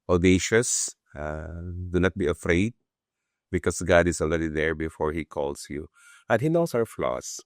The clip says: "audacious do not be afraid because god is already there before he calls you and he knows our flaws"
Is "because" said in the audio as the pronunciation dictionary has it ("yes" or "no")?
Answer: no